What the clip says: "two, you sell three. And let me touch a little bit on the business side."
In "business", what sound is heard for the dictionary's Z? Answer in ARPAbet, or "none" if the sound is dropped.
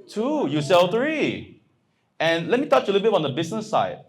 S